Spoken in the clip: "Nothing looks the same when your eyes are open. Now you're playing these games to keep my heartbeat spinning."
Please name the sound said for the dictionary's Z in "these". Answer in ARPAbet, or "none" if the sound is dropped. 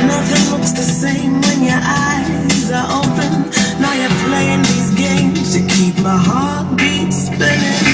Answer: Z